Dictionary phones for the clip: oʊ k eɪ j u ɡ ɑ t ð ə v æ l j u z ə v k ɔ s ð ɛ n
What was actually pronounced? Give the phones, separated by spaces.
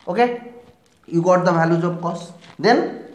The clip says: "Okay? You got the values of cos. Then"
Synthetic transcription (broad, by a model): oʊ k eɪ j u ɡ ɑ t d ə b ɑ l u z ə b k ɔ s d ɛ n